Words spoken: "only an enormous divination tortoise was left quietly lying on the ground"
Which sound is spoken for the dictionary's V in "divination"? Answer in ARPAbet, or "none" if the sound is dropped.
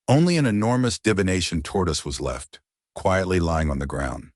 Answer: V